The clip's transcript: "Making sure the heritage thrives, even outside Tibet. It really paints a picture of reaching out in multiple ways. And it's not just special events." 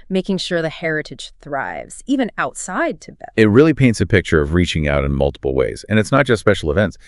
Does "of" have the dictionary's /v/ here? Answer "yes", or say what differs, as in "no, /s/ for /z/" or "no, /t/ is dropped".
yes